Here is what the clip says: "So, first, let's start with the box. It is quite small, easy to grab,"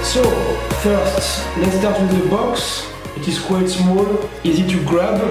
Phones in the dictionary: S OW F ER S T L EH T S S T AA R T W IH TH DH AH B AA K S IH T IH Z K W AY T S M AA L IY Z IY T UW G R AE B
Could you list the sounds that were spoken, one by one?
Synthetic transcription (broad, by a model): S OW F ER S T L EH T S S T AA R T W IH DH AH B AA K S IH T IH Z K W AY T S M AA L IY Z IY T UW G R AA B